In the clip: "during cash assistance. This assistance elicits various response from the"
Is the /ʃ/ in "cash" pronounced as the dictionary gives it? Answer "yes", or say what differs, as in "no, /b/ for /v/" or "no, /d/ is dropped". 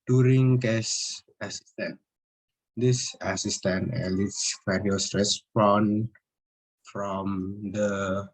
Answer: no, /s/ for /ʃ/